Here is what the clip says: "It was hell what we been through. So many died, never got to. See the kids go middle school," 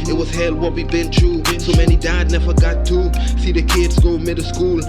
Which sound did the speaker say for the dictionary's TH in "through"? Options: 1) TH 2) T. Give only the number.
2